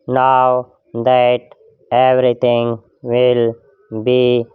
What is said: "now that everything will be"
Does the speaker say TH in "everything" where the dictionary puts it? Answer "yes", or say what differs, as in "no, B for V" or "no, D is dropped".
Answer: no, T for TH